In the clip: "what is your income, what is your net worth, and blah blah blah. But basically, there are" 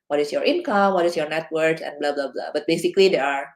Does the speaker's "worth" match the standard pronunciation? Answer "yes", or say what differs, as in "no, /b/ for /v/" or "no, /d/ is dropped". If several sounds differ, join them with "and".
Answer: no, /s/ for /θ/